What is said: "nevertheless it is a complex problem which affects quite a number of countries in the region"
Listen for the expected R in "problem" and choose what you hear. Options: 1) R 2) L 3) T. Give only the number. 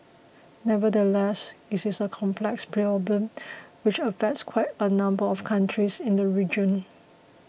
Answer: 2